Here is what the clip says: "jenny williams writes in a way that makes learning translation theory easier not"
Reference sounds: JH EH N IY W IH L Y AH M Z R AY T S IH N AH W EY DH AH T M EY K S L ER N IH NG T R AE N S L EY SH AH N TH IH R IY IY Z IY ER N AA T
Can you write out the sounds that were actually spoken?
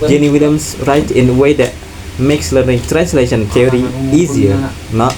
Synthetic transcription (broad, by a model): JH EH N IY W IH L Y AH M S R AY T IH N AH W EY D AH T M EY K S L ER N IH NG T R AE N S L EY SH AH N T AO R IY IY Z IY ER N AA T